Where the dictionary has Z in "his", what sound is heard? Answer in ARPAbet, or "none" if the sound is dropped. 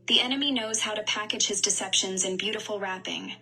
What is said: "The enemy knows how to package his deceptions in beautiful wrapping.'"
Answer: Z